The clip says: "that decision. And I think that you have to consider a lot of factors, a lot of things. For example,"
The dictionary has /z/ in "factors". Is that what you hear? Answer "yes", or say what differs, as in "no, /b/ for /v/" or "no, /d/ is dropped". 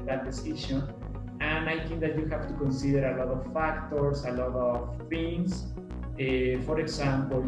no, /s/ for /z/